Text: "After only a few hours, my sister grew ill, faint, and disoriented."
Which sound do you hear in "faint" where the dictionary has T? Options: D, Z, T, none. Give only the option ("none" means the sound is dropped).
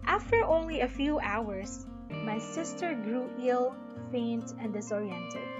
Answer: T